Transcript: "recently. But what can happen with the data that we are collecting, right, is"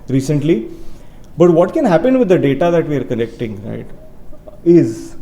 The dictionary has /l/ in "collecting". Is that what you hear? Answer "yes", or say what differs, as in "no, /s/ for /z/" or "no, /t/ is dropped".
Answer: no, /n/ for /l/